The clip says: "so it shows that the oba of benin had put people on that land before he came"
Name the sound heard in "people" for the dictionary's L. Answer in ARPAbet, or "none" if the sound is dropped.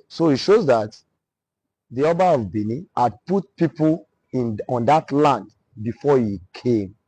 N